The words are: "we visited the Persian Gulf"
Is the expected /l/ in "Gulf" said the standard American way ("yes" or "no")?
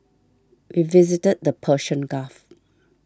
no